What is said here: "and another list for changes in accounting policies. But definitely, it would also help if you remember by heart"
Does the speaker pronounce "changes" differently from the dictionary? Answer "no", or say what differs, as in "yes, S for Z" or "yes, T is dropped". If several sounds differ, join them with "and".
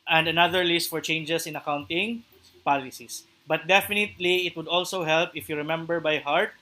yes, S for Z